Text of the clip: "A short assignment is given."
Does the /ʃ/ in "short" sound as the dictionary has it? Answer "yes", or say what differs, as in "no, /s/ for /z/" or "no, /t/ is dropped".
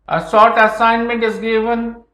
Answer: no, /s/ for /ʃ/